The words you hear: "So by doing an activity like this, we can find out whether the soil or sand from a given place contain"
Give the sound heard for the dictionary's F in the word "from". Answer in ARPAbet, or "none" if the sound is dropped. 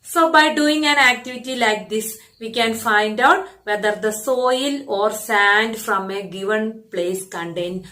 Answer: F